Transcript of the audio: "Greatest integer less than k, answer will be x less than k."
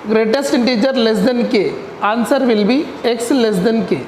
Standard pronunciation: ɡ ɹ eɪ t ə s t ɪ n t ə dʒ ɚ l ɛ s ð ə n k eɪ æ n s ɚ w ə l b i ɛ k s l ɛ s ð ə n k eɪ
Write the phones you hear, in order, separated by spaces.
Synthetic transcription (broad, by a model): ɡ ɹ eɪ t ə s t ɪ n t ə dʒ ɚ l ɛ s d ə n k eɪ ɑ n s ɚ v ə l b i ɛ k s l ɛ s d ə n k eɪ